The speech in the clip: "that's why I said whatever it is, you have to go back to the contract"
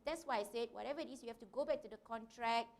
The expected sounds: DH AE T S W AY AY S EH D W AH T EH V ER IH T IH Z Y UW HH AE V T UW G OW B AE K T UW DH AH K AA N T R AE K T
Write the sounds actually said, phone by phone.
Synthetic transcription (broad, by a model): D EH T S W AY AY S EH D W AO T EH V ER IH T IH S Y UW HH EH F T UW G OW B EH K T UW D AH K AA N T R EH K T